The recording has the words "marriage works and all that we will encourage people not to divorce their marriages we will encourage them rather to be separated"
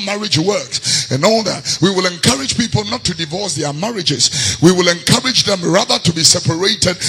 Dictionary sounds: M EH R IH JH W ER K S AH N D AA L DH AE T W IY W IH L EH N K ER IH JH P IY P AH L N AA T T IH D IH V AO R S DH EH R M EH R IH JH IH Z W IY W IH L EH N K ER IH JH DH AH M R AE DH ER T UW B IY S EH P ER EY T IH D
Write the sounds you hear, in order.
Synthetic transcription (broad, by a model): M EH R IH JH W ER K S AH N AA L DH AE T W IY W IH L EH N K ER IH JH P IY P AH L N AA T T IH D IH V AO R S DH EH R M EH R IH JH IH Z W IY W IH L EH N K ER IH JH DH AH M R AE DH ER T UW B IY S EH P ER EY T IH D